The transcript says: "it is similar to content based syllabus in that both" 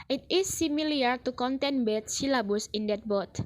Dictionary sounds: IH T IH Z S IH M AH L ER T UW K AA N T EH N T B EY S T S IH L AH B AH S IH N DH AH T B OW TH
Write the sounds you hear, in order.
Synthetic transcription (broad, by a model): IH T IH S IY M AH L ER T UW K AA N T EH N B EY T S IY L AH B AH S IH N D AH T B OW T